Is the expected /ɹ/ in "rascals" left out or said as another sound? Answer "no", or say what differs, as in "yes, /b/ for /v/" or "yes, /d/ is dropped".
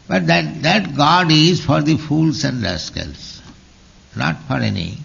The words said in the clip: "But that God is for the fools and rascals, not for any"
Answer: yes, /l/ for /ɹ/